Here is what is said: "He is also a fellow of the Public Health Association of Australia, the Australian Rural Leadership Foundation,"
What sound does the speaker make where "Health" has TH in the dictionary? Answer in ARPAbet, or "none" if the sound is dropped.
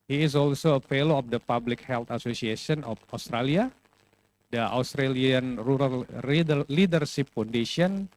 T